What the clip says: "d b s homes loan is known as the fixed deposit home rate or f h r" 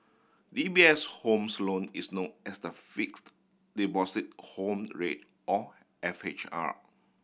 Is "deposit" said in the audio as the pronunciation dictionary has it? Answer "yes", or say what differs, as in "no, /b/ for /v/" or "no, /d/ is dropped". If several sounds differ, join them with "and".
no, /b/ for /p/ and /s/ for /z/